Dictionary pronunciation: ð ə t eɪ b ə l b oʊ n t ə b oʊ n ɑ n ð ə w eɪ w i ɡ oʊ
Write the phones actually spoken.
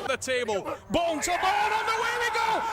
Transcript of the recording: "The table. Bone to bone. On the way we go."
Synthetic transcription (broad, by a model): ð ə t eɪ b ə l b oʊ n s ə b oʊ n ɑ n ð ə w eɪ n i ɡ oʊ